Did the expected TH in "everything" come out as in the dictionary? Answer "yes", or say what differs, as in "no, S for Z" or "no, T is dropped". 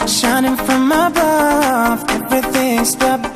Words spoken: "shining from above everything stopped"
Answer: yes